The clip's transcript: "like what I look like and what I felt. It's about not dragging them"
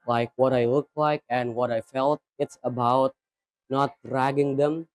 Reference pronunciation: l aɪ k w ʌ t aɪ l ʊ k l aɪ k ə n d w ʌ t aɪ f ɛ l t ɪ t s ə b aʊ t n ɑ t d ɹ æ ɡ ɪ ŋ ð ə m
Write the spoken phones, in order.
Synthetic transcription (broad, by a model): l aɪ k w ʌ t aɪ l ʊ k l aɪ k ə n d w ʌ t aɪ f ɛ l t ɪ t s ə b aʊ t n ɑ t d ɹ æ ɡ ɪ ŋ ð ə m